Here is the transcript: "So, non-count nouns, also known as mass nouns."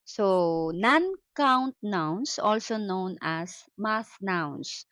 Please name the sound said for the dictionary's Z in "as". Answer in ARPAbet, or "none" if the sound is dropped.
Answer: S